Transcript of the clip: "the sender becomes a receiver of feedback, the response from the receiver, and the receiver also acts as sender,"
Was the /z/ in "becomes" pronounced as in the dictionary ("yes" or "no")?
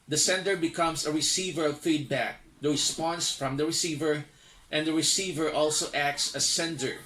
no